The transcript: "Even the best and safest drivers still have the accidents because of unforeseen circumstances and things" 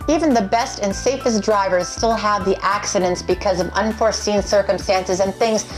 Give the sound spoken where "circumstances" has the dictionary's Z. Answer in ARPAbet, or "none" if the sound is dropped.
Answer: Z